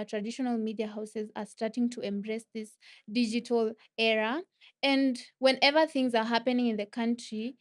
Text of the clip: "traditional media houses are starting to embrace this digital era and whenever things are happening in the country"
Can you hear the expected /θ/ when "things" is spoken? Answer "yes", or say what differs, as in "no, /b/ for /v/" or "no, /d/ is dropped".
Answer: yes